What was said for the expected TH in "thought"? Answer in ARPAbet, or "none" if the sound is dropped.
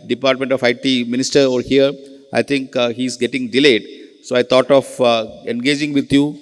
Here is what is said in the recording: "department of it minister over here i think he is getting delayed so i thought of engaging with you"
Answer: T